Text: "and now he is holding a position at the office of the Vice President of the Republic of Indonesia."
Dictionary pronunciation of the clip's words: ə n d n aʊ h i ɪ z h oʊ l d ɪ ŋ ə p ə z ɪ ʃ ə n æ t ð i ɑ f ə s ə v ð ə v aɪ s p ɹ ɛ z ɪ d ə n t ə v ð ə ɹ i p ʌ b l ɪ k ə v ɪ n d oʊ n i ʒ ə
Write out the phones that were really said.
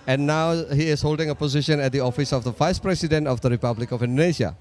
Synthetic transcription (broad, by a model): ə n n aʊ h i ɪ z h oʊ l d ɪ ŋ ə p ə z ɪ ʃ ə n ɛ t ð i ɑ f ə s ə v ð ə v aɪ s p ɹ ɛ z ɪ d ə n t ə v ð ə ɹ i p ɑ b l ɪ k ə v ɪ n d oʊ n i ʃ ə